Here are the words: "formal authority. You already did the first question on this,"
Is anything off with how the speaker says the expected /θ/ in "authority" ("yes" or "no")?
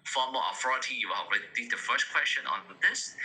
yes